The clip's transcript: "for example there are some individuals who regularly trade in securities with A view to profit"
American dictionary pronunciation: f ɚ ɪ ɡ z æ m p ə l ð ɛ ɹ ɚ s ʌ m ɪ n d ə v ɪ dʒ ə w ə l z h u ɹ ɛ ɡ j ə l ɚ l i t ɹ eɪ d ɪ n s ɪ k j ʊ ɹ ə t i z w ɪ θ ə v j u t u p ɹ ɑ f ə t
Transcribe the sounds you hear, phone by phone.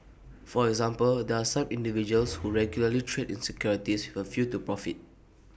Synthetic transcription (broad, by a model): f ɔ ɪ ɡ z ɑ m p ə l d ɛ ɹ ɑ s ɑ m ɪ n d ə v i dʒ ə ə l s h u ɹ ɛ ɡ j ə l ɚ l i t ɹ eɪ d ɪ n s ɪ k j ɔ ɹ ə t i s w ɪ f ə f j u t u p ɹ ɑ f ə t